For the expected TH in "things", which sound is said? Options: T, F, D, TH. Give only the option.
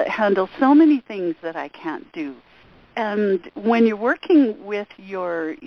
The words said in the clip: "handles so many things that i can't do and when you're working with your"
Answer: TH